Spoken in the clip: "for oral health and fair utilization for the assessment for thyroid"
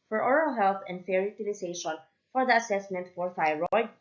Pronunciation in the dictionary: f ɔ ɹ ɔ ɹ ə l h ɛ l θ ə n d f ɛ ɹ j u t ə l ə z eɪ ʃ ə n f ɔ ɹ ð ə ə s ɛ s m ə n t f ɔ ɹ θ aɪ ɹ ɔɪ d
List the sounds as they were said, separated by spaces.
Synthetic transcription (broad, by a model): f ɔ ɹ ɔ ɹ ə l h ɛ l θ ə n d f ɛ ɹ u t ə l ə s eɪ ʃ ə n f ɔ ɹ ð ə ə s ɛ s m ə n t f ɔ ɹ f aɪ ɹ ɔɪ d